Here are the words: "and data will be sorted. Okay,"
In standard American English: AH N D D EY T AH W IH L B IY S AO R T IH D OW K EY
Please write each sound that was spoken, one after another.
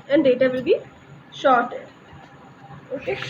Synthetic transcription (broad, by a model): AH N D D EY T AH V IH L B IY SH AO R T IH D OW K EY